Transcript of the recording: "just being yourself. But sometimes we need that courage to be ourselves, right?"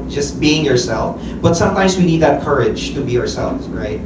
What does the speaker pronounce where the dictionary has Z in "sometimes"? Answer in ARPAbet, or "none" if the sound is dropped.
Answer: Z